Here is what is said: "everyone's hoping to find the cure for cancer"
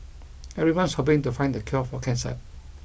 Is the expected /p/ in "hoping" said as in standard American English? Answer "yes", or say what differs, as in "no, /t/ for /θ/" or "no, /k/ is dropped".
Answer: no, /b/ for /p/